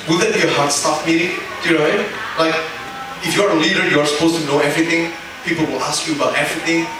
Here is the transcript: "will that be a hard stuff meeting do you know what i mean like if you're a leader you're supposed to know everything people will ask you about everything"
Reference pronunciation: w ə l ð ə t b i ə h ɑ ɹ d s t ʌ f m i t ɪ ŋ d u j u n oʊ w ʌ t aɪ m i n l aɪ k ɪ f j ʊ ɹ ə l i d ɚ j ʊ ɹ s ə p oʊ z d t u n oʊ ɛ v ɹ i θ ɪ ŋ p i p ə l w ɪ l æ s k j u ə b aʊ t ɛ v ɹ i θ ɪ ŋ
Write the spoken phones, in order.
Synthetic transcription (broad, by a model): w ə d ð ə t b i ə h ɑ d s t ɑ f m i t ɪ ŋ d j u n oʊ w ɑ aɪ l aɪ k ɪ f j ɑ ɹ ə l i d ɚ j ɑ ɹ s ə p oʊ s t u n oʊ ɛ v ɹ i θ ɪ ŋ p i p ə l w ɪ l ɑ s k j u ə b aʊ t ɛ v ɹ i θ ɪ ŋ